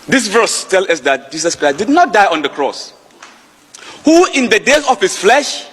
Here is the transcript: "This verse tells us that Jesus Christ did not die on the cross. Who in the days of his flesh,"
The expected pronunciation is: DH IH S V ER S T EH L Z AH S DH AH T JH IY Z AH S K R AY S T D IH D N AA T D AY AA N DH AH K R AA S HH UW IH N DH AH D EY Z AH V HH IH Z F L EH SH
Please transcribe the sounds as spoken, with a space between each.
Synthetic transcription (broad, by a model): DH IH S V ER S T EH L AH S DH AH T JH IY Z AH S K R AY S D IH D N AA T D AY AA N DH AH K R AA S HH UW IH N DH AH D EY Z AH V HH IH S F L EH SH